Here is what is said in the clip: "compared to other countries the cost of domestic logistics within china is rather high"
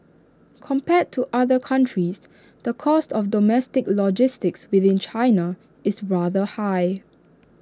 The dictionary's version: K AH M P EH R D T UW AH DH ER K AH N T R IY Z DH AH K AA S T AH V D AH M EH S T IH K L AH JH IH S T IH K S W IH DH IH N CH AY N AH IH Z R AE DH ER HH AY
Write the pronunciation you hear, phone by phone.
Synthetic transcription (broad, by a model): K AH M P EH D T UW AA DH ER K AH N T R IY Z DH AH K AA S T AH F D AH M EH S T IH K L AH JH IH S T IH K S W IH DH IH N CH AY N AH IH S R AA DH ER HH AY